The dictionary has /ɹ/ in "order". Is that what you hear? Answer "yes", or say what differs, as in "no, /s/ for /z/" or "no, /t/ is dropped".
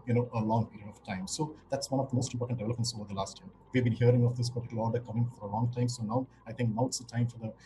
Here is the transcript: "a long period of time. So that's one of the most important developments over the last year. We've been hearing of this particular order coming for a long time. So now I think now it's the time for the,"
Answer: no, /l/ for /ɹ/